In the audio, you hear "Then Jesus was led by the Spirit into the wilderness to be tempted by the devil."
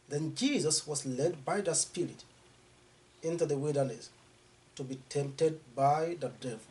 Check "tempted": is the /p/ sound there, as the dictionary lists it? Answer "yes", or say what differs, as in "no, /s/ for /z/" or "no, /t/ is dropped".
yes